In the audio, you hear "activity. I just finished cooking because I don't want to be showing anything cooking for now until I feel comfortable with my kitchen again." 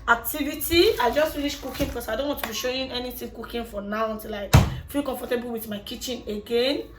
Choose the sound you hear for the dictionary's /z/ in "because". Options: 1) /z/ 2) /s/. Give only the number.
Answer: 2